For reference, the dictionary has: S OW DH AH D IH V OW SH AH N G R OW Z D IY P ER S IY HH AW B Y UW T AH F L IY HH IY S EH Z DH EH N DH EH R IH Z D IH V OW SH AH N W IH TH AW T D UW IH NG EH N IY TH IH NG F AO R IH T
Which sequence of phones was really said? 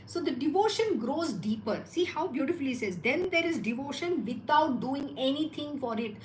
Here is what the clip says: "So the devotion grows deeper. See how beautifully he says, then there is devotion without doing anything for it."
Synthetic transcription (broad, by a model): S OW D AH D IH V OW SH AH N G R OW Z D IY P ER S IY HH AW B Y UW T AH F IY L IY S EH Z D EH N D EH R IH Z D IH V OW SH AH N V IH T AW T D UW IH NG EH N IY T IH NG F AO R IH T